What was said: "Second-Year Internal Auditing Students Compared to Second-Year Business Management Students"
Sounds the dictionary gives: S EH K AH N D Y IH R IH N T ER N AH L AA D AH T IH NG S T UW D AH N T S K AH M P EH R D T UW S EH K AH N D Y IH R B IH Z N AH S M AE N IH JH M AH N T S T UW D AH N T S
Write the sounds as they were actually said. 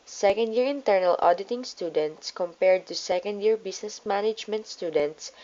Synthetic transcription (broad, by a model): S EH K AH N D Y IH R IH N T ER N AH L AA D AH T IH NG S T UW D AH N T S K AH M P EH R D T UW S EH K AH N D Y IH R B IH S N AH S M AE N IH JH M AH N T S T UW D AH N T S